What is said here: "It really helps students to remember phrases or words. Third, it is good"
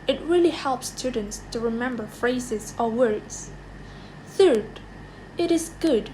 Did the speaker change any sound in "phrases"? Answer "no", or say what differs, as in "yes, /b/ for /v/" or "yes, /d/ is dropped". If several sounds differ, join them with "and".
no